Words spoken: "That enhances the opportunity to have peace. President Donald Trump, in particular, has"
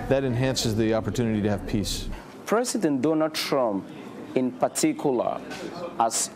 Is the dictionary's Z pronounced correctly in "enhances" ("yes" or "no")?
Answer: yes